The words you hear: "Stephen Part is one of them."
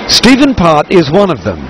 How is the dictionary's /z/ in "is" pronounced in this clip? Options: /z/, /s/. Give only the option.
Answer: /z/